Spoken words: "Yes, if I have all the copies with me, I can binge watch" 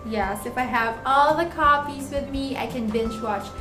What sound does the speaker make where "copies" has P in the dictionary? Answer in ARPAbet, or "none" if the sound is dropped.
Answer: F